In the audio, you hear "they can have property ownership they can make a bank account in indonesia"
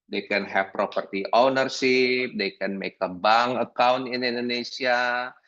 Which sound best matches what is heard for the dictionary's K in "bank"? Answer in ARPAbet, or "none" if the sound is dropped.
none